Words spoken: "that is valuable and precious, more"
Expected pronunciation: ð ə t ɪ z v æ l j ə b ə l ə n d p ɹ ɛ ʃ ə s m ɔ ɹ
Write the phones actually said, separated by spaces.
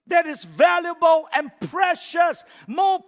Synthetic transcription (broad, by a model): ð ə t ɪ z v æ l j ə b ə l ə n p ɹ ɛ ʃ ə s m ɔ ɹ